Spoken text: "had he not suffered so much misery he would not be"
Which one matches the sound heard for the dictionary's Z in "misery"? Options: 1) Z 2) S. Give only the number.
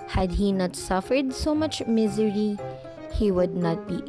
1